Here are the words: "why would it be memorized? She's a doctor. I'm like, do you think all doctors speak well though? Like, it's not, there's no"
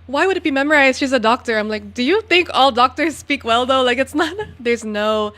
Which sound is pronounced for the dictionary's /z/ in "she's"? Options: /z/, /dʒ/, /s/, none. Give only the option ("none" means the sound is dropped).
/z/